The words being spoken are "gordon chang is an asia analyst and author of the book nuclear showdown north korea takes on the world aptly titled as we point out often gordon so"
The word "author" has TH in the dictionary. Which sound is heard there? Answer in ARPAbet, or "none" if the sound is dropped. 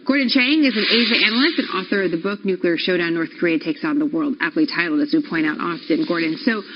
TH